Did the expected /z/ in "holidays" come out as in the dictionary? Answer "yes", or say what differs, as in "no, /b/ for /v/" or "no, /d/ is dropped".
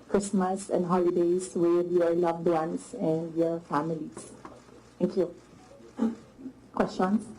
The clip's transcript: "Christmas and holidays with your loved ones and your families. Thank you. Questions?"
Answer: no, /s/ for /z/